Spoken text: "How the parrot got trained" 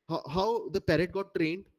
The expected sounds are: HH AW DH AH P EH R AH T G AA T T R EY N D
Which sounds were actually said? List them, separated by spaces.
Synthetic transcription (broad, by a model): HH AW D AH P EH R AH T G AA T T R EY N D